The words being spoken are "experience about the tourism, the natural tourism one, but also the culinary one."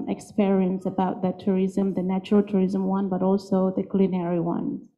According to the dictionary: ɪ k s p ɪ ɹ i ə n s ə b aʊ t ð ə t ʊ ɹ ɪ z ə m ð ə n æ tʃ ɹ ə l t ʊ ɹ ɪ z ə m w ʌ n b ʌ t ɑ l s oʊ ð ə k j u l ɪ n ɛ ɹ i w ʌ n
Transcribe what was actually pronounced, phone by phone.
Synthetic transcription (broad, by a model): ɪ k s p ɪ ɹ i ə n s ə b aʊ t ð ə t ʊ ɹ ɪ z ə m ð ə n æ tʃ ɹ ə l t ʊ ɹ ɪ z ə m w ʌ n b ʌ t ɑ l s oʊ ð ə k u l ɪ n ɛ ɹ i w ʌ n